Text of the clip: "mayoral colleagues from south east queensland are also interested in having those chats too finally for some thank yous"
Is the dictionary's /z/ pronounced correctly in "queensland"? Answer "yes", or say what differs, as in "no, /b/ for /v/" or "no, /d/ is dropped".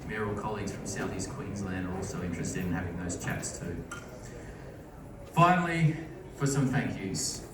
yes